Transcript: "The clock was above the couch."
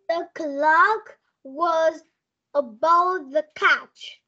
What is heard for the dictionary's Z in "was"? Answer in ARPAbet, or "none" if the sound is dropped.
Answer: Z